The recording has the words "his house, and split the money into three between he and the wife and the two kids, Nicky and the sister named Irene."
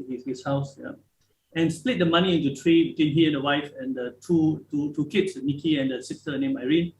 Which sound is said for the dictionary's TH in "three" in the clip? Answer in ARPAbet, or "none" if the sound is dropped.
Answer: T